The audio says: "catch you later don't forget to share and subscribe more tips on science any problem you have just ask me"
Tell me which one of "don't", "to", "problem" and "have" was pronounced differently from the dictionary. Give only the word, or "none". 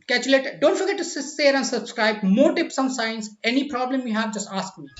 to